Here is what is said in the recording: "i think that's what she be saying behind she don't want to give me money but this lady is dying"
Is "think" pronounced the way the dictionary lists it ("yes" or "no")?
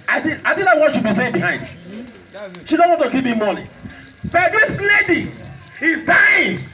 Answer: no